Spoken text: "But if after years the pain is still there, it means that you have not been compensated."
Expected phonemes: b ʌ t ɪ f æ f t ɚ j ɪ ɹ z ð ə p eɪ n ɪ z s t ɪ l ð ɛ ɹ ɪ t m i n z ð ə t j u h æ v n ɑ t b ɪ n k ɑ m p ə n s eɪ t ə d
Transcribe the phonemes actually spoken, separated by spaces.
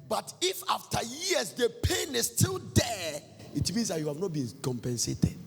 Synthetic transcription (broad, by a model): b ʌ t ɪ f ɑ f t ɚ j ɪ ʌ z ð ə p eɪ n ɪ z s t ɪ l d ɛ ɪ t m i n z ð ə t j u h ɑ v n ɑ t b ɪ n k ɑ m p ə n s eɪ t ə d